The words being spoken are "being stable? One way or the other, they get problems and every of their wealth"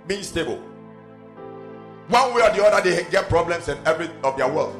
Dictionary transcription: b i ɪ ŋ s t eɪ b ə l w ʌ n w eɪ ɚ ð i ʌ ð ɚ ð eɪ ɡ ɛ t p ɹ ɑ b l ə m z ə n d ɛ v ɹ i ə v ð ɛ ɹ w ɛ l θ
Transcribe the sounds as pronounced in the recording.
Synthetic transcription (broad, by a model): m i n s t eɪ b ə l w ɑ n w eɪ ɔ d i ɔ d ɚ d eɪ ɡ ɛ t p ɹ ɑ b l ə m s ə n ɛ v ɹ i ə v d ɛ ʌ w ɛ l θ